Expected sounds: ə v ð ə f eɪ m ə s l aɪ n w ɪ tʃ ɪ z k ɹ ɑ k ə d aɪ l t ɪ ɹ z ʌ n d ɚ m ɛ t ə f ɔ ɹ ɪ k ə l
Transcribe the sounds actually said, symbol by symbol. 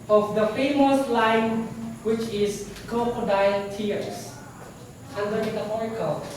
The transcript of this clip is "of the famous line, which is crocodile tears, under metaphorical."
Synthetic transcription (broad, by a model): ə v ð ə f eɪ m ə s l aɪ n w ɪ tʃ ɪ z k ɑ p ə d aɪ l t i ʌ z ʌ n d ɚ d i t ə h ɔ ɹ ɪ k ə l